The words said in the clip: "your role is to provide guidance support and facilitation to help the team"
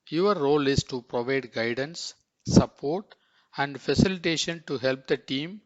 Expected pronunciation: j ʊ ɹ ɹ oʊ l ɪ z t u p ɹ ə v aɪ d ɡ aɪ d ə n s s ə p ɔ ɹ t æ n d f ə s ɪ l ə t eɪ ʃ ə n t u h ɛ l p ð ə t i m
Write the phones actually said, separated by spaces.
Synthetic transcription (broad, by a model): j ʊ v ɹ oʊ l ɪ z t u p ɹ ə v aɪ d ɡ aɪ d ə n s s ə p ɔ ɹ t æ n d f ə s ɪ l ə t eɪ ʃ ə n t u h ɛ l p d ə t i m